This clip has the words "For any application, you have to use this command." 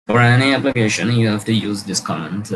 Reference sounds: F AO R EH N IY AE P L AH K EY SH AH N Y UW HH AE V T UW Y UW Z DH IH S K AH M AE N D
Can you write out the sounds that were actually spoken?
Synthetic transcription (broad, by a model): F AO R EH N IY AE P L AH K EY SH AH N Y UW HH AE F T UW Y UW Z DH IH S K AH M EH N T